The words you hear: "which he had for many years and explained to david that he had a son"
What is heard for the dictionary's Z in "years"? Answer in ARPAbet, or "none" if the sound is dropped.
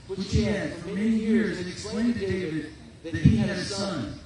Z